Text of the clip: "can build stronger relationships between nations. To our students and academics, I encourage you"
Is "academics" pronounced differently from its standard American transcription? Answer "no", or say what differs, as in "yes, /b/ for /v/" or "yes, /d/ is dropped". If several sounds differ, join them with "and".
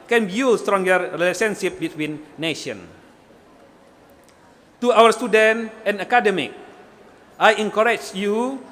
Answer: yes, /s/ is dropped